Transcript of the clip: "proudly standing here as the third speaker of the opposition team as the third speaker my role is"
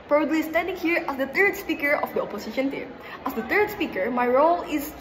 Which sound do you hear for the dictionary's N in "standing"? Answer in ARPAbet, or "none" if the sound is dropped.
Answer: none